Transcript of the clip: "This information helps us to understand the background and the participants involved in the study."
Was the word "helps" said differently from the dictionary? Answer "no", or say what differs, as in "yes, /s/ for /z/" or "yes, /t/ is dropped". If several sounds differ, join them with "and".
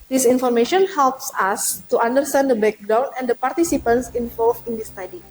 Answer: no